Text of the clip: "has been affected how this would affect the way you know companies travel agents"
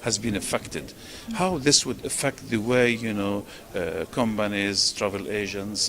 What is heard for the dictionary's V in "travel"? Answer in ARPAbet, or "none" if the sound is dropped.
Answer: V